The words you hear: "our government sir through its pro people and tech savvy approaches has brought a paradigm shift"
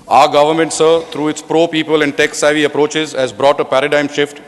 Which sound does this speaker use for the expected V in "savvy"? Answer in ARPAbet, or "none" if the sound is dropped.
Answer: V